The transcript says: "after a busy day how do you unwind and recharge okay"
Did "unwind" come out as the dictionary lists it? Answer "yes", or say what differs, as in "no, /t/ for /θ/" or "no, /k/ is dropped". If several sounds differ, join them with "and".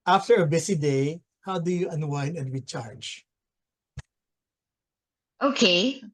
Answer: no, /d/ is dropped